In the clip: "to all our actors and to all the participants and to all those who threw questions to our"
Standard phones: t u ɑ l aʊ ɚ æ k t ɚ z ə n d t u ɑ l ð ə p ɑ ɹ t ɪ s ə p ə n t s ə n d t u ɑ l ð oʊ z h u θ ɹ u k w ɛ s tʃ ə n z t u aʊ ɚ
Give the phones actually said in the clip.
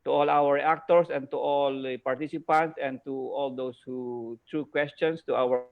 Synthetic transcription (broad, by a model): t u ɑ l aʊ ɚ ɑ k t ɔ s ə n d t u ɑ l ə p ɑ ɹ t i s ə p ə n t s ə n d t u ɑ l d oʊ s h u t ɹ u k w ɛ s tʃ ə n s t u aʊ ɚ